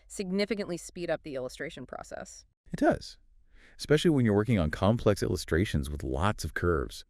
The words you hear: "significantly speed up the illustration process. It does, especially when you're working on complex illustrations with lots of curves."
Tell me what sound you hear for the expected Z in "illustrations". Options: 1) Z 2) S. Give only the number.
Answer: 1